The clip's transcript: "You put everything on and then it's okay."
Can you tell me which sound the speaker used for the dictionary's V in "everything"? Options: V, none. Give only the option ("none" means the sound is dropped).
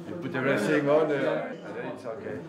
none